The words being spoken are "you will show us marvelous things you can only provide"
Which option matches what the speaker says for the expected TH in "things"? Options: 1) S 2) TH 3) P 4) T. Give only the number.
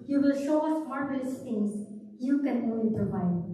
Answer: 4